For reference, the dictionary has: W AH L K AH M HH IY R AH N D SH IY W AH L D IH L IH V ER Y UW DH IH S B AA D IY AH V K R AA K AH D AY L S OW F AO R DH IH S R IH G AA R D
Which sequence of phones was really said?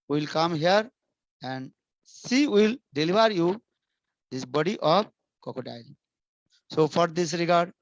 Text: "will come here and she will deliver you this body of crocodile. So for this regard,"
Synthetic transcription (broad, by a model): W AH L K AH M HH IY R AH N D S IY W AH L D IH L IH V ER Y UW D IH S B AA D IY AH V K AA K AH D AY L S OW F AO R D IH S R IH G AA R D